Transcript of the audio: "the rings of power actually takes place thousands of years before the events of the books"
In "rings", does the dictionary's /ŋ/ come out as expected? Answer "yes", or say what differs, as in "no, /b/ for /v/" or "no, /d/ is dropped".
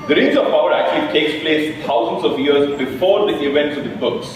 no, /ŋ/ is dropped